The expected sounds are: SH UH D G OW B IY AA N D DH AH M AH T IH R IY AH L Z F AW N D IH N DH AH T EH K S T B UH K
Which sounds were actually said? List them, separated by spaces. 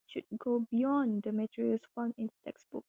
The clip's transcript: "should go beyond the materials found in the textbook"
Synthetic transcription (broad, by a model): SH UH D G OW B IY AA N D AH M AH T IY R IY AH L S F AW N IH N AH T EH K S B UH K